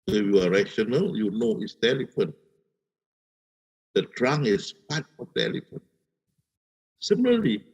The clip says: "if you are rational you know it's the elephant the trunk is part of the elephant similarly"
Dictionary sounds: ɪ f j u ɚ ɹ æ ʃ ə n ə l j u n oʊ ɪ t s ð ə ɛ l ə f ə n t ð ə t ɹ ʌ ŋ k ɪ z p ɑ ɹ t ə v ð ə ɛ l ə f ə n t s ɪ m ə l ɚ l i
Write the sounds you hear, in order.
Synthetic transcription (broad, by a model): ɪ j u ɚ ɹ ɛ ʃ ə n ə l j u n oʊ ɪ t s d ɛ l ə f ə n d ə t ɹ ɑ ŋ ɪ s p ɑ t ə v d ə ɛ l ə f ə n s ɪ m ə l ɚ l i